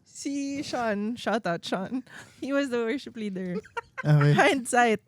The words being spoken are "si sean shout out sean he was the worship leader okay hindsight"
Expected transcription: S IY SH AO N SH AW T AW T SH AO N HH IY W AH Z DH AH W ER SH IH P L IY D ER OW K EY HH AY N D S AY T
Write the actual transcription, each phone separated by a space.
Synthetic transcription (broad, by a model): S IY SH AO N SH AW T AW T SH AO N HH IY W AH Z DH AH W ER SH IH P L IY D ER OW EY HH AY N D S AY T